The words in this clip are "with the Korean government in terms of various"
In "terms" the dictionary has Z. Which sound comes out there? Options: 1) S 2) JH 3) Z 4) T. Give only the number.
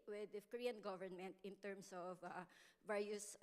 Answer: 1